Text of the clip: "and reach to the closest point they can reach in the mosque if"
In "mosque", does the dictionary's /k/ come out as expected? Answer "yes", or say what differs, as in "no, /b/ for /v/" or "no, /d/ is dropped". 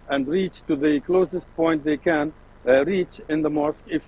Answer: yes